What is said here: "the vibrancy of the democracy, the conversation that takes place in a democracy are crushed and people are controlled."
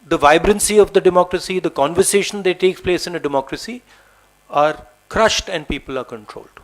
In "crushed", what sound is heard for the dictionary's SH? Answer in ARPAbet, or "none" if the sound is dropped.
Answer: SH